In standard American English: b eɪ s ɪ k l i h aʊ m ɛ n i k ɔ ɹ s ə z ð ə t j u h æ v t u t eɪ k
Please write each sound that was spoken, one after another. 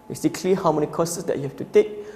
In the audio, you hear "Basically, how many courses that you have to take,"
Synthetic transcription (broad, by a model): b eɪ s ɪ k l i h aʊ m ɛ n i k ɔ s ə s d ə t j u h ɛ f t u t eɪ k